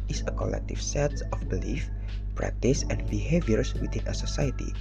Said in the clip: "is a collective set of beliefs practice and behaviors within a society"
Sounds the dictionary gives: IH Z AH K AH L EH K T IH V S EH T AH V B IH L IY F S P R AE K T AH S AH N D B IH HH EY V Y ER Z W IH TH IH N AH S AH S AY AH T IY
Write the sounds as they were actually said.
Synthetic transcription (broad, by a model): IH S AH K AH L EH K T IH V S EH T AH F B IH L IY F P R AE K T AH S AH N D B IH HH EY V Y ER S W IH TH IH N AH S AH S AY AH T IY